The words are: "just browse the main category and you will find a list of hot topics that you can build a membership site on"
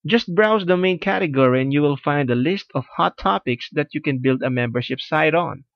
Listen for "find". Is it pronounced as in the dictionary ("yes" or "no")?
yes